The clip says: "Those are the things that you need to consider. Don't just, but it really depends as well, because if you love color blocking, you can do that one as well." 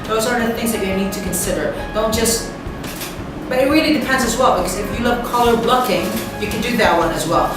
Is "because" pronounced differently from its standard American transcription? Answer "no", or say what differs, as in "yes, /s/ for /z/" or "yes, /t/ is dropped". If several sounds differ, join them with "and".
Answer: no